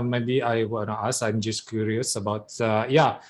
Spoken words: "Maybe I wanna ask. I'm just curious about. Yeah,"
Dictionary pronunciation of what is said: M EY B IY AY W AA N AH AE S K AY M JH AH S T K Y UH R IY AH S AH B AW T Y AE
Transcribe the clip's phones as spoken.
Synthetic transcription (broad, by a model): M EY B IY AY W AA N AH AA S AY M JH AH S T K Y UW R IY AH S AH B AW T Y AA